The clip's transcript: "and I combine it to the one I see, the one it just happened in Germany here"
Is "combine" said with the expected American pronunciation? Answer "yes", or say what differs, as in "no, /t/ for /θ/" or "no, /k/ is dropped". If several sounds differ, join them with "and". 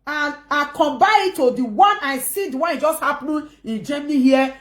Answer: no, /n/ is dropped